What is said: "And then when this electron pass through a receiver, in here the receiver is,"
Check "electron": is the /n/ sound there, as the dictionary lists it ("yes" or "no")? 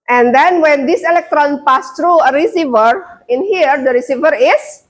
yes